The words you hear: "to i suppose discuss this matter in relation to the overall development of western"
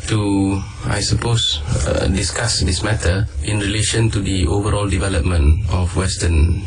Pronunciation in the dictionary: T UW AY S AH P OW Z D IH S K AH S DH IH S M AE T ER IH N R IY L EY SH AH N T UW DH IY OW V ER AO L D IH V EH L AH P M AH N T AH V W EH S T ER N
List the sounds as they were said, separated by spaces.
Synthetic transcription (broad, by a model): T UW AY S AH P OW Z D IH S K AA S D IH S M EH T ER IH N R IY L EY SH AH N T UW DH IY OW V ER AO L D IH V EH L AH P M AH N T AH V W EH S T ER N